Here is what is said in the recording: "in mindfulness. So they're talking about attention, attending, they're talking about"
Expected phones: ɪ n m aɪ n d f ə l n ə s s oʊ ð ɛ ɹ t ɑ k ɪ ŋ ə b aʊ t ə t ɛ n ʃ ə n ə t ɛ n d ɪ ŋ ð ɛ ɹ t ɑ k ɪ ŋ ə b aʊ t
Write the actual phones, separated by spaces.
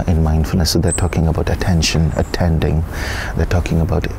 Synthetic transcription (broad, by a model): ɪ n m aɪ n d f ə l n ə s s oʊ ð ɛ t ɑ k ɪ ŋ ə b aʊ t ə t ɛ n ʃ ə n ə t ɛ n d ɪ ŋ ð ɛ t ɑ k ɪ ŋ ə b aʊ t